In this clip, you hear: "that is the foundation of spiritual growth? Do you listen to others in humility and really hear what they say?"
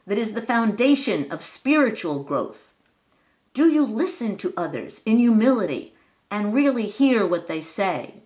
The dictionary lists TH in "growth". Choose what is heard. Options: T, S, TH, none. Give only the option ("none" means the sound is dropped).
TH